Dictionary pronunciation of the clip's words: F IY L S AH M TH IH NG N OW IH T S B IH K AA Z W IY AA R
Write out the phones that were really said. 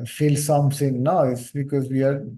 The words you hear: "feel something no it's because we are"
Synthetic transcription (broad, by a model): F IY L S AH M S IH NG N OW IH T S B IH K AA Z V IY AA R